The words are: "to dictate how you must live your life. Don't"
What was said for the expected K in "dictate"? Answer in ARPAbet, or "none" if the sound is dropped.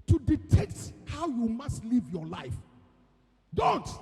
none